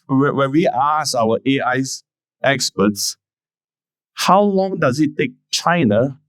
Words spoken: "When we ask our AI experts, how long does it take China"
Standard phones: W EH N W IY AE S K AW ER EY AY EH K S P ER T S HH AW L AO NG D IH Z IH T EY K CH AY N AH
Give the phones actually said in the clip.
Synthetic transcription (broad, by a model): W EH N W IY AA S AW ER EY AY EH K S P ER T S HH AW L AO NG D IH Z IH T EY K CH AY N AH